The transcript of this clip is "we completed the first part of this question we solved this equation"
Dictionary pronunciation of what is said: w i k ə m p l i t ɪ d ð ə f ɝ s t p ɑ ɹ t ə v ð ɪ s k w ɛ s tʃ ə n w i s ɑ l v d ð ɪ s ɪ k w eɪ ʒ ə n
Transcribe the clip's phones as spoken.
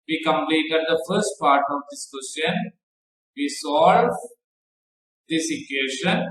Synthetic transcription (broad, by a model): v i k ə m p l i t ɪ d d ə f ɝ s t p ɑ ɹ t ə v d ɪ s k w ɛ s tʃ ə n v i s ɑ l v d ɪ s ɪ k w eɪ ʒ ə n